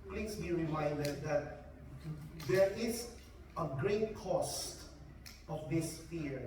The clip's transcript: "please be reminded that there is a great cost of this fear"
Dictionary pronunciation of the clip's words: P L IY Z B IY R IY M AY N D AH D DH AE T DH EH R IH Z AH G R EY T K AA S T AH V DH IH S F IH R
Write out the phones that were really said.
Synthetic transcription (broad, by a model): P L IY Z B IY R IY M AY N D AH D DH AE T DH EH R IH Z AH G R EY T K AA S T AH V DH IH S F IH R